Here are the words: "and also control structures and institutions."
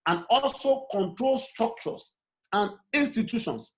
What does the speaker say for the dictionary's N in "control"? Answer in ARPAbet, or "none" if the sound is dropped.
N